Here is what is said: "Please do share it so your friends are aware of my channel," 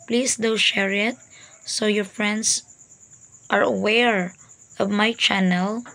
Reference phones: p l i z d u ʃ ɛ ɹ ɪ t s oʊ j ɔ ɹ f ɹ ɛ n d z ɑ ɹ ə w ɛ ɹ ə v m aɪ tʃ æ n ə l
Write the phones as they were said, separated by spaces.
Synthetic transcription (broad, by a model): p l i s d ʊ ʃ ɛ ɹ ɪ t s oʊ j ɔ ɹ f ɹ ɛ n d s ɑ ɹ ə w ɛ ɹ ə v m aɪ tʃ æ n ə l